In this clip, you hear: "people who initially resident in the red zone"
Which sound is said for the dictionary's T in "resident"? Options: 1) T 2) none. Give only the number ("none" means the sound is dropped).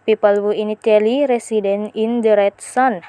2